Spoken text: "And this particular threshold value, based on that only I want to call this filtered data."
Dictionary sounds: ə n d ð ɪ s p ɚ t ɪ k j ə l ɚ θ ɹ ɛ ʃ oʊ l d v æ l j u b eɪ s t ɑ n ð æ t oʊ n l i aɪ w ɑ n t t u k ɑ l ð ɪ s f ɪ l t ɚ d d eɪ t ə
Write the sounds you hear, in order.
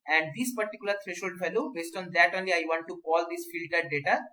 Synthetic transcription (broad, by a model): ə n d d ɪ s p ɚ t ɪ k j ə l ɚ t ɹ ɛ ʃ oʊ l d f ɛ l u b eɪ s t ɑ n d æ t oʊ n l i aɪ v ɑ n t t u k ɑ l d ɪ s f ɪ l t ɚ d d eɪ t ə